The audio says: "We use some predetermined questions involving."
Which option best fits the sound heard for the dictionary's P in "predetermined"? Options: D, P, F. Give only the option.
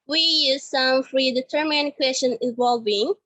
F